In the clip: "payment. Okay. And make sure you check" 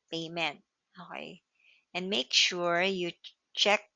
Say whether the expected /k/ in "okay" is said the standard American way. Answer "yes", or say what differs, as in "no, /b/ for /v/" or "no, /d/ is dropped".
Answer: no, /k/ is dropped